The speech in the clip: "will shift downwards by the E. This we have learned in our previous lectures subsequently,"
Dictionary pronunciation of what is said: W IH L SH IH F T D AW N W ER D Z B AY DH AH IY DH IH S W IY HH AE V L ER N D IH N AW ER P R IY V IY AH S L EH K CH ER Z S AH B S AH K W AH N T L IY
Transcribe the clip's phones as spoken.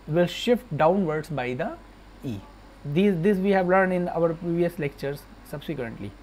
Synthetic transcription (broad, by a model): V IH L SH IH F T D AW N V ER D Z B AY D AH IY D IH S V IY HH AE V L ER N D IH N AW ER P R IY V IY AH S L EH K CH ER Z S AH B S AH K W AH N T L IY